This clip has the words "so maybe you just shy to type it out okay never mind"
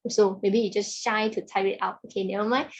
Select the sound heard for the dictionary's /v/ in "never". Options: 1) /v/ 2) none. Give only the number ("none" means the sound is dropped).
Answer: 2